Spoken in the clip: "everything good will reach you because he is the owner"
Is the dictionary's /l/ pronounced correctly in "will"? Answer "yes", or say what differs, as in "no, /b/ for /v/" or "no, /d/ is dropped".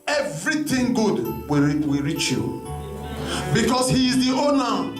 no, /w/ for /l/